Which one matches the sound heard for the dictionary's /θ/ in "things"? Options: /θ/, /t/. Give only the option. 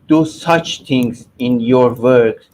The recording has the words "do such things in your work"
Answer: /t/